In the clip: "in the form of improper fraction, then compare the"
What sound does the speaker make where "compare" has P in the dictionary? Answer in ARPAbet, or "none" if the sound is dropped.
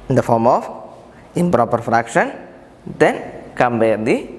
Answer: B